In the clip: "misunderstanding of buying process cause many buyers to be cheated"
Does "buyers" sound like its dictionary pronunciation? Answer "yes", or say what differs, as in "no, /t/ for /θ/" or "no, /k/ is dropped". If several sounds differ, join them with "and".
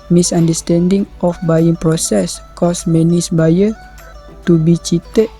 no, /z/ is dropped